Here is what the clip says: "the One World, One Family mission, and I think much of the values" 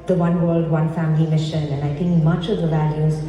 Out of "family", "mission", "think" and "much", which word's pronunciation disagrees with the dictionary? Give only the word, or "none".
think